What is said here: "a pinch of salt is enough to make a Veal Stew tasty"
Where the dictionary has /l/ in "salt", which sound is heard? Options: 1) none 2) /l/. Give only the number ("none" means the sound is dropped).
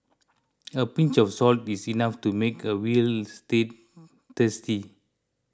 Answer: 2